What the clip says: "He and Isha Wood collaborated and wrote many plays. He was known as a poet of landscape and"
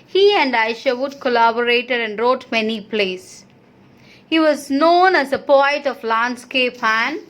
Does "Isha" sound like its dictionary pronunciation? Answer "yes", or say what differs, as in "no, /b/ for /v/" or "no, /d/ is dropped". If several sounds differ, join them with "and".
yes